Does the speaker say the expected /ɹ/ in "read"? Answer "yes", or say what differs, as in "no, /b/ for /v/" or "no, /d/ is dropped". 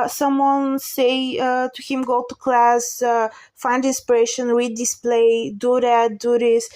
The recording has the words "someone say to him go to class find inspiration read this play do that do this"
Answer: no, /w/ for /ɹ/